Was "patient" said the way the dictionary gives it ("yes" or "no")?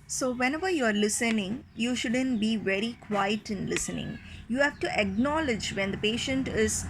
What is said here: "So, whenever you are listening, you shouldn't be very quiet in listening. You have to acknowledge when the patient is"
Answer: yes